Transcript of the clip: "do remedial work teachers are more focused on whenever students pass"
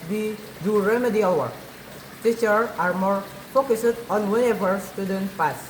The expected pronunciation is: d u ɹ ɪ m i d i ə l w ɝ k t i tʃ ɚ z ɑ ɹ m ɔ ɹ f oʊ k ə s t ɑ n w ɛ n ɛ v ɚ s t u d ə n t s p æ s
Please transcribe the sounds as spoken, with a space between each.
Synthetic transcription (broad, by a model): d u ɹ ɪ m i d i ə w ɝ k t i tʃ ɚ ɑ ɹ m ɔ ɹ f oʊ k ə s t ɑ n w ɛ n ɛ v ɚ s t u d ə n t p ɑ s